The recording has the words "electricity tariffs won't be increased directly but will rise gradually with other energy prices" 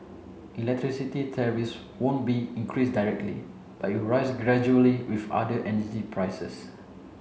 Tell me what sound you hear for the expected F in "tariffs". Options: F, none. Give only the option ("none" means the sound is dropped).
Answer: none